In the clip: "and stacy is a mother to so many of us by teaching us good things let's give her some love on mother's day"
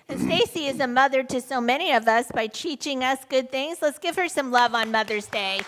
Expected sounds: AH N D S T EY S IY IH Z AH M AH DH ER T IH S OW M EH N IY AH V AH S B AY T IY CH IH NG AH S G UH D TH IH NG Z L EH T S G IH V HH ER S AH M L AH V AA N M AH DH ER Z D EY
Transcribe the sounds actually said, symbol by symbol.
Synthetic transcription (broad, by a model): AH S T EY S IY IH Z AH M AH DH ER T IH S OW M EH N IY AH V AH S B AY T IY CH IH NG AH S G UH D TH IH NG Z L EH T S G IH V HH ER S AH M L AH V N M AH DH ER Z D EY